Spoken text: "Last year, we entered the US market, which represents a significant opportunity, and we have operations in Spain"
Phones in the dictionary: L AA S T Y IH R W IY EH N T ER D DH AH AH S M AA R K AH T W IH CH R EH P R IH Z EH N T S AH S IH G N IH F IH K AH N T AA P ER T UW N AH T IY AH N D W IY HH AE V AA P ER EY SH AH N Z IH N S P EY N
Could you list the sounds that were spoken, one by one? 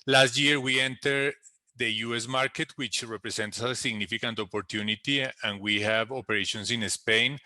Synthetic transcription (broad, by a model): L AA S T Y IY R W IY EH N T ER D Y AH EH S M AA R K AH T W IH CH R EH P R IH S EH N T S AH S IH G N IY F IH K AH N T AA P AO T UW N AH T IY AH N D W IY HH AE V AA P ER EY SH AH N S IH N S P EY N